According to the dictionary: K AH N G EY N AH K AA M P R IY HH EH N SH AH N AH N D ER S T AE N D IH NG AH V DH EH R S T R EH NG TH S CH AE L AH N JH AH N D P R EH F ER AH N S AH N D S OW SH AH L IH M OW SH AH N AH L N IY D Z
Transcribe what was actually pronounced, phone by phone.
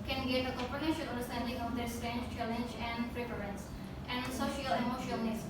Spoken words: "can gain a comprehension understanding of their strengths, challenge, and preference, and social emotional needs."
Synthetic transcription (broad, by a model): K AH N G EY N AH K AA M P IY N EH SH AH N AH N D ER S T AE N D IH NG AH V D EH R S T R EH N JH CH AE L AH N JH AH N D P R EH P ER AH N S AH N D S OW SH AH L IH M OW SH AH AH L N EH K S